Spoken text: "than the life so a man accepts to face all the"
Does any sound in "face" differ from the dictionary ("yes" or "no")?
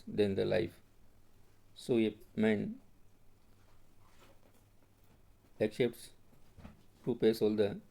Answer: yes